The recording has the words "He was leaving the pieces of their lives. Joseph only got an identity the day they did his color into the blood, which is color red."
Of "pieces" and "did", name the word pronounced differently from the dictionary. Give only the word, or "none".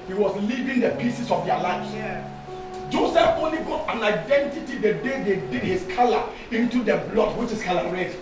pieces